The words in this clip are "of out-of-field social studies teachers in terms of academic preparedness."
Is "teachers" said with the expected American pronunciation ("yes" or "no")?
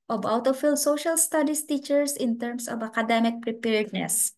no